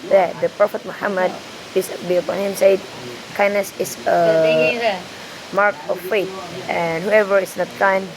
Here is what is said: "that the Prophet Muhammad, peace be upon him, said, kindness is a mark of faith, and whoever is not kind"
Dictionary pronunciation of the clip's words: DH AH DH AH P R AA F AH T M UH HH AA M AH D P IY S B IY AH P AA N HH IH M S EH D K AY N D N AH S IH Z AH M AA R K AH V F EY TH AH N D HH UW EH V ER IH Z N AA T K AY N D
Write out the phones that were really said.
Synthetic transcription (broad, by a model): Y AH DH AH P R AA F AH T M UH HH AA M AH D B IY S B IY AH P AA N HH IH M S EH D K AY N N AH S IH S AH M AA R K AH F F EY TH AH N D HH UW EH V ER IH S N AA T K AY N